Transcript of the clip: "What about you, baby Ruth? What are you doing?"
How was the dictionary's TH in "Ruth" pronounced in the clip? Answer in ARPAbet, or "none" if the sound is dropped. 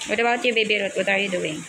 T